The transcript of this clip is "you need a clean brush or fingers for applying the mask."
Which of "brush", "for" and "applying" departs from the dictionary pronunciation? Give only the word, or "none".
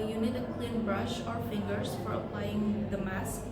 none